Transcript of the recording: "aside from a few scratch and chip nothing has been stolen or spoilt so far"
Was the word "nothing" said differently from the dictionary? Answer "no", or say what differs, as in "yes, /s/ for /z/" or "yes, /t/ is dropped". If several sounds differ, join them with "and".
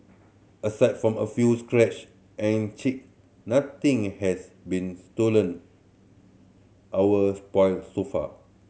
yes, /t/ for /θ/